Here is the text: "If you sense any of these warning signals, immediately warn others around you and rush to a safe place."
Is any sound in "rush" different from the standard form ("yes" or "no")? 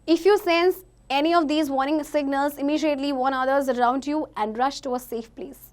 no